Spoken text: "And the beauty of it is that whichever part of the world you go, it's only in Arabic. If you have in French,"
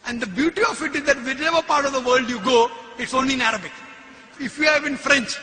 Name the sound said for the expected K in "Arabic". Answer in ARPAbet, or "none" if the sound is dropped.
K